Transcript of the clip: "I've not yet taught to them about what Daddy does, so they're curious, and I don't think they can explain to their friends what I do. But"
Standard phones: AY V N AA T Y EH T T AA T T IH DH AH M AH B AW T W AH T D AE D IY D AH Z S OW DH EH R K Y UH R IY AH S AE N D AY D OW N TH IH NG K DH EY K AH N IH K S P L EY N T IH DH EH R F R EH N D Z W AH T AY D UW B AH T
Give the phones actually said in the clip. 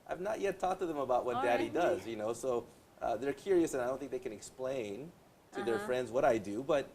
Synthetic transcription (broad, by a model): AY V N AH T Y EH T T AA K T IH DH AH M AH B AW T W AH T D AE D IY D AH Z S OW DH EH R K Y UH R IY AH S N AY D OW N TH IH NG K DH EY K AH N IH K S P L EY N T IH DH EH R F R EH N D Z W AH T AY D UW B AH T